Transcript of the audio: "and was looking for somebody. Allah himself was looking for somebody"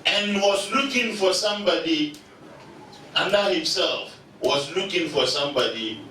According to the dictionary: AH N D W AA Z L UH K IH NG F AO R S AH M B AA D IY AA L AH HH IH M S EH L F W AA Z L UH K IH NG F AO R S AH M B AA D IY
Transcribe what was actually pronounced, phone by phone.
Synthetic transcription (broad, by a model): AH N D W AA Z L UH K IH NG F AO R S AH M B AA D IY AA N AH HH IH M S EH L F W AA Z L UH K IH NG F AO R S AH M B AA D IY